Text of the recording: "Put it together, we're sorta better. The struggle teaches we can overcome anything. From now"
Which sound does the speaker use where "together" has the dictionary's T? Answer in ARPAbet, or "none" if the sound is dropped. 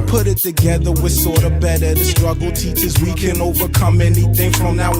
T